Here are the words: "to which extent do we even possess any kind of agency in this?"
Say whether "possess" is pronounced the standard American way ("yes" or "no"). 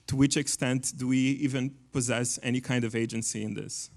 yes